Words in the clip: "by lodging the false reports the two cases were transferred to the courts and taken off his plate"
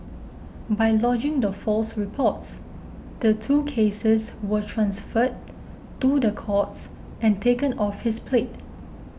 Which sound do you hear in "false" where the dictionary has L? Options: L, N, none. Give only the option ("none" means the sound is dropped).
L